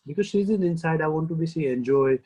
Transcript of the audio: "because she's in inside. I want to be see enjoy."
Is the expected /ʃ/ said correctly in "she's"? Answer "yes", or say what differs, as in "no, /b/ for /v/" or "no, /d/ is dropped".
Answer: no, /s/ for /ʃ/